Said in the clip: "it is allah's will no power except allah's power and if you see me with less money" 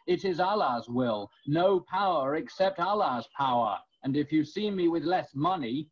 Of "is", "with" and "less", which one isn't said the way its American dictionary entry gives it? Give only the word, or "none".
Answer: none